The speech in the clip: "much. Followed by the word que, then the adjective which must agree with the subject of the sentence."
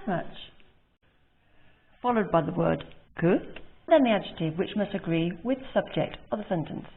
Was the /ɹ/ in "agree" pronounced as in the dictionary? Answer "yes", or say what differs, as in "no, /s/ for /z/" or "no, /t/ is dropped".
yes